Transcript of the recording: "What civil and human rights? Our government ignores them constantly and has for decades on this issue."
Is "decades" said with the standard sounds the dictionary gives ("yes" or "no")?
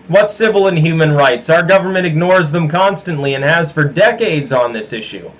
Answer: yes